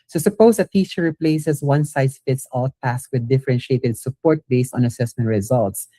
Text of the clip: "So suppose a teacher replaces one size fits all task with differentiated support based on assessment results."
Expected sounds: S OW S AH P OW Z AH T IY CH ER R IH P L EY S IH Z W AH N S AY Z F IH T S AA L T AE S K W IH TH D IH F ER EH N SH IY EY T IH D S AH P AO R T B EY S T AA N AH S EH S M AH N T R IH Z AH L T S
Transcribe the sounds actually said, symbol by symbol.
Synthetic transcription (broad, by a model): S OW S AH P OW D AH T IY S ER R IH P L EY S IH S W AH N S AY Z F IH T S AA L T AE S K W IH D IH F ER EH N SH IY EY T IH D S AH P AO R T B EY S T AA N AH S EH S M AH N T R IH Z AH L T S